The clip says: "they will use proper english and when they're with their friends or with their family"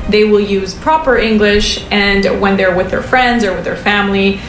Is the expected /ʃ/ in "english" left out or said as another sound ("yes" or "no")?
no